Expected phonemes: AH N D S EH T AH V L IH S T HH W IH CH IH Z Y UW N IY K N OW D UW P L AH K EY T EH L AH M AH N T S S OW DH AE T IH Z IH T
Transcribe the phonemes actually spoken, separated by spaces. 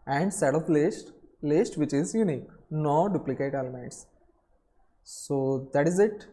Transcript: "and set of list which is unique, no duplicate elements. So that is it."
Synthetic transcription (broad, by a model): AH N D S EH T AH P L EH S T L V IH CH IH Z Y UW N IY K N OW D UW P L AH K EY T EH L AH M AH N T S S OW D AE T IH Z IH T